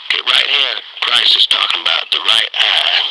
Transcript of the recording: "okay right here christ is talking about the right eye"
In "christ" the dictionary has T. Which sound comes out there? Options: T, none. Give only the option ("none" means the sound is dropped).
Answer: none